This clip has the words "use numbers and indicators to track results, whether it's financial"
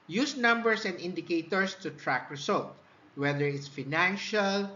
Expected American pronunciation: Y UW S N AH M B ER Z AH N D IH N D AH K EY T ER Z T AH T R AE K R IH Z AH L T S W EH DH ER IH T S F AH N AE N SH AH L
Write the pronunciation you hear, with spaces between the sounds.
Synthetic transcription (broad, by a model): Y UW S N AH M B ER S AH N D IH N D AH K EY T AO S T AH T R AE K R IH S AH L T W EH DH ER IH T S F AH N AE N SH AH L